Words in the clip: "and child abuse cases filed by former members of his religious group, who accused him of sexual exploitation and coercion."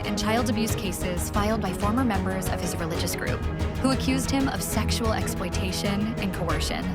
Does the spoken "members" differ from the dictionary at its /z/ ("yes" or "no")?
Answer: no